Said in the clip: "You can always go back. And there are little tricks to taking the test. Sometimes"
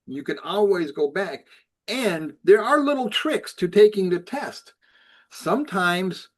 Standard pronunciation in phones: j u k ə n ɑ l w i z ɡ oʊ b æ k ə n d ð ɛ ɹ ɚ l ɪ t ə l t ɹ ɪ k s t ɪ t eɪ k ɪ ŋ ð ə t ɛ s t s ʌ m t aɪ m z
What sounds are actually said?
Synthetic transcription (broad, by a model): j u k ə n ɑ l w i z ɡ oʊ b æ k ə n ð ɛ ɹ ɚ l ɪ t l t ɹ ɪ k s t ɪ t eɪ k ɪ ŋ ð ə t ɛ s t s ʌ m t aɪ m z